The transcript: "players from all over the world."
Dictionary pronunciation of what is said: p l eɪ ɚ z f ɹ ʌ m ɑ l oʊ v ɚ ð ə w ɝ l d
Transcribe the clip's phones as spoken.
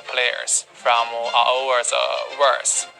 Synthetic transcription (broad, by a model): p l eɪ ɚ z f ɹ ʌ m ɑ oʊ w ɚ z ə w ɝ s